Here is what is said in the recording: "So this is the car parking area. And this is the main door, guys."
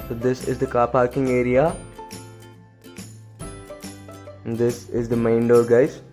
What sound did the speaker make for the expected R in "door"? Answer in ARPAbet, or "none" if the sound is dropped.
L